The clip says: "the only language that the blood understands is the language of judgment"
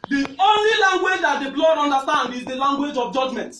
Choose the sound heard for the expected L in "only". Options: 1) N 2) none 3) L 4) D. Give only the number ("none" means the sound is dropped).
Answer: 3